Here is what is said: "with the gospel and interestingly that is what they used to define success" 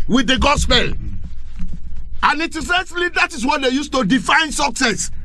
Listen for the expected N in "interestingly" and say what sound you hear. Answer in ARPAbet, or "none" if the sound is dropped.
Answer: none